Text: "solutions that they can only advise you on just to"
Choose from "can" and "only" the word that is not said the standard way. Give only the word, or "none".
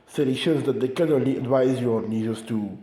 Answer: none